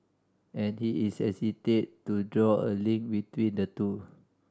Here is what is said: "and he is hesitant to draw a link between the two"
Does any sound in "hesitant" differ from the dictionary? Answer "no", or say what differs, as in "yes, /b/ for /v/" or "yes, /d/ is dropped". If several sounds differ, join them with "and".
yes, /n/ is dropped